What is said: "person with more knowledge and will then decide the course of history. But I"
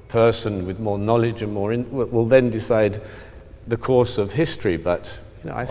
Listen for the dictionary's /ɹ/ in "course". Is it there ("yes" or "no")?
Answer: yes